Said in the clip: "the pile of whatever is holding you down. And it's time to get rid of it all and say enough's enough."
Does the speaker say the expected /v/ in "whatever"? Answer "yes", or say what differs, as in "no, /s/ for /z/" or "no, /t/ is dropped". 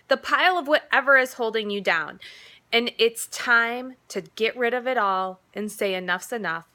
yes